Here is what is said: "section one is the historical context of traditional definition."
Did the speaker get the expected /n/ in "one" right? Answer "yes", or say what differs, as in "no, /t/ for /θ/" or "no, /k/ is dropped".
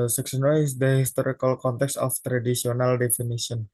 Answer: no, /n/ is dropped